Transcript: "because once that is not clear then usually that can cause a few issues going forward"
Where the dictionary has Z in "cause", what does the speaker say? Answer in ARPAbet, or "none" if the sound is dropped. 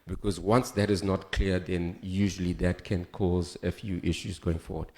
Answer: Z